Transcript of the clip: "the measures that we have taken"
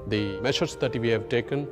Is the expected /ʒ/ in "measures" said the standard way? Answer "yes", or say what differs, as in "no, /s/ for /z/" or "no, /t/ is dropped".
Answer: no, /ʃ/ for /ʒ/